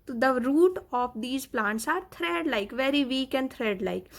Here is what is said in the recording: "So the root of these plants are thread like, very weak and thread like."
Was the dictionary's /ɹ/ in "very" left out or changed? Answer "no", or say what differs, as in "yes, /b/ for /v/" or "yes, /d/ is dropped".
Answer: no